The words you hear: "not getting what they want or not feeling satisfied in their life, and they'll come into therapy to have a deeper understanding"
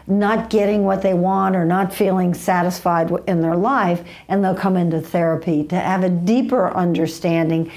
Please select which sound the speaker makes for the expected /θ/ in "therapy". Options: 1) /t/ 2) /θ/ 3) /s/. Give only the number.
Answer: 2